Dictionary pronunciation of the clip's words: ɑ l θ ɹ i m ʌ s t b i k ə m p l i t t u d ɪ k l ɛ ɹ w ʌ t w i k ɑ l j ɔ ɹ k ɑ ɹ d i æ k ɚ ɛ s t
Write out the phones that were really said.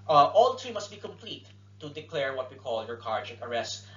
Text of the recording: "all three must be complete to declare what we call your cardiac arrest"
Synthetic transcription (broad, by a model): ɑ l t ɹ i m ʌ s t b i k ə m p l i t t u d ɪ k l ɛ ɹ w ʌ t w i k ɑ l j ɔ ɹ k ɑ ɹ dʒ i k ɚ ɛ s t